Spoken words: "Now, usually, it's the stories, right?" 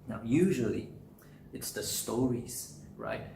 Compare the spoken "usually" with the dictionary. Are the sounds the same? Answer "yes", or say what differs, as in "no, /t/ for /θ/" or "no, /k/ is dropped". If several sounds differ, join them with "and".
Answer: yes